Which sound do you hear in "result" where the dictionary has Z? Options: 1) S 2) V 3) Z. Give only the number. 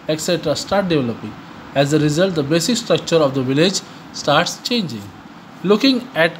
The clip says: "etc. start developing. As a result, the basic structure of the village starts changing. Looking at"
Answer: 3